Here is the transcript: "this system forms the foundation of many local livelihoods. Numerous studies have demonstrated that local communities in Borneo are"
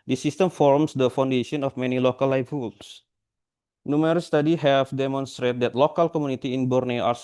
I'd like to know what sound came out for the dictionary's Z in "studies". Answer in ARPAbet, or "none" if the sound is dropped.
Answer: none